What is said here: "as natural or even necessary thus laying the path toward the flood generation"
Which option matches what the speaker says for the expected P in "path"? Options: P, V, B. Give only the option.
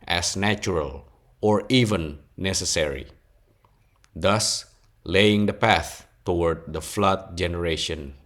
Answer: P